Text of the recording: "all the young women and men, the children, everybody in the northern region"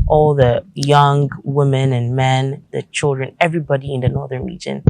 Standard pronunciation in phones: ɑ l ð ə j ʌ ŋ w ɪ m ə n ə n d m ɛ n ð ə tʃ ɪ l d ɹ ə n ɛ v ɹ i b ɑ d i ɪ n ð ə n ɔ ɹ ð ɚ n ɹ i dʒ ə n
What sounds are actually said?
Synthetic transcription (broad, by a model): ɑ l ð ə j ʌ ŋ w ɪ m ə n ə n m ɛ n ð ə tʃ ɪ l d ɹ ə n ɛ v ɹ i b ɑ d i ɪ n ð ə n ɔ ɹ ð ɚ n ɹ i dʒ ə n